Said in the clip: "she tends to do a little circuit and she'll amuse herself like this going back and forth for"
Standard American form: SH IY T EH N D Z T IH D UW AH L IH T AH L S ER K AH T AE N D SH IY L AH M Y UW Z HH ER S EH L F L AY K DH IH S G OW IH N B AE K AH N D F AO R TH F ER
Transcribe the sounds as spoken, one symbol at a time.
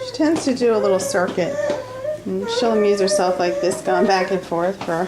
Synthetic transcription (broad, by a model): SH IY T EH N D Z T IH D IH AH L IH T L S ER K AH T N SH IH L AH M Y UW Z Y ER S EH L F L AY K DH IH S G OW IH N B AE K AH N F AO R TH F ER